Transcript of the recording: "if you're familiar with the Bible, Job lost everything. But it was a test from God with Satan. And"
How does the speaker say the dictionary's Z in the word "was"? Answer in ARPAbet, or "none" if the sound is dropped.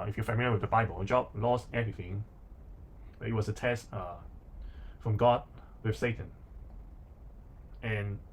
S